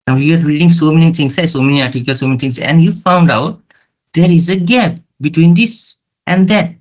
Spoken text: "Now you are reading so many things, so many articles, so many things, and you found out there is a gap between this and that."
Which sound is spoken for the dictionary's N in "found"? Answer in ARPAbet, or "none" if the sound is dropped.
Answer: N